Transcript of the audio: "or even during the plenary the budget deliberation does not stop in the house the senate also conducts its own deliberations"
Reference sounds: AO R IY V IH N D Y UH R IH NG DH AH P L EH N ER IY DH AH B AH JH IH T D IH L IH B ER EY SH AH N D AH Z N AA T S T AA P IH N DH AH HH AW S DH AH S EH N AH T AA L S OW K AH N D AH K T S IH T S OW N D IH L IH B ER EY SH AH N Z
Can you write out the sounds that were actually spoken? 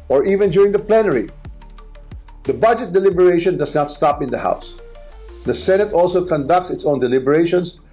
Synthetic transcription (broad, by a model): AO R IY V IH N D Y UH R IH NG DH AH P L EH N ER IY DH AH B AH JH IH T D IH L IH B ER EY SH AH N D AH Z N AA T S T AA P IH N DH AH HH AW S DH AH S EH N AH T AA L S OW K AH N D AH K T S IH T S OW N D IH L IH B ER EY SH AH N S